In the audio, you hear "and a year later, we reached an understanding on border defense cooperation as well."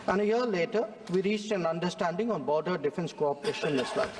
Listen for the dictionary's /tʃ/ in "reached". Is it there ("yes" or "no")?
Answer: yes